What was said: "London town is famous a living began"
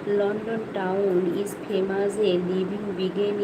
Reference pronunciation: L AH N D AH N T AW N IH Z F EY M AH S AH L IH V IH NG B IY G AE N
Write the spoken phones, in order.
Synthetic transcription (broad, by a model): L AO N D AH N T AW N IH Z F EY M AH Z AH L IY B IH NG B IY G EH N